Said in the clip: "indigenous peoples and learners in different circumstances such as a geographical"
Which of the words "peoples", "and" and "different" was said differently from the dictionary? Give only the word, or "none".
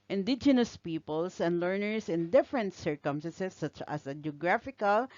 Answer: peoples